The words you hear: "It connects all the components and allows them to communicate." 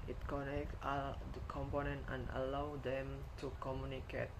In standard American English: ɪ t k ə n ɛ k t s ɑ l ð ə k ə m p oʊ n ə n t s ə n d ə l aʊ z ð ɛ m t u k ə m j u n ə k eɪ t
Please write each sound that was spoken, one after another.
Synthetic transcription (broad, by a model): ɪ t k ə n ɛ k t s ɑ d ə k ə m p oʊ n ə n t ə n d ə l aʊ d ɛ m t u k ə m j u n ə k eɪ t